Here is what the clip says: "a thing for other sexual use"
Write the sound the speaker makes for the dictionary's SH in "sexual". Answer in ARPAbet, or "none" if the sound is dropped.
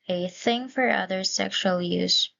SH